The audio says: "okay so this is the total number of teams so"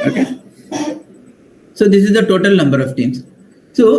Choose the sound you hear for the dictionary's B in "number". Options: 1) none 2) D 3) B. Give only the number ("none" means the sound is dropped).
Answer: 3